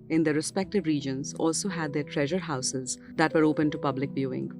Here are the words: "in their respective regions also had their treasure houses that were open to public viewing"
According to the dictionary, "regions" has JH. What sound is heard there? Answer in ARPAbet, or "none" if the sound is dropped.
JH